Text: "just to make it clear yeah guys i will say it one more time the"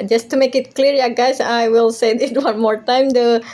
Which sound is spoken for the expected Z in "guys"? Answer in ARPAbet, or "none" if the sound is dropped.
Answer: S